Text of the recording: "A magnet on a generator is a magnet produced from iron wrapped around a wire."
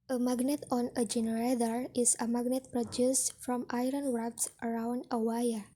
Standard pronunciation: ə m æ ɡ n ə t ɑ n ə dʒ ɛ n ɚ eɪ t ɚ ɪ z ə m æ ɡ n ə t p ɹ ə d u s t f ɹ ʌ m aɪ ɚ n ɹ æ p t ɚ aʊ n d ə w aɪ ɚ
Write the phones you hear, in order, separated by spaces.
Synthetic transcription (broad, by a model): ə m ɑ ɡ n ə t ɑ n ə dʒ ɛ n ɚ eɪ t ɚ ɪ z ə m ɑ ɡ n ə t p ɹ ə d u s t f ɹ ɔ m aɪ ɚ n w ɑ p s ɚ aʊ n d ə w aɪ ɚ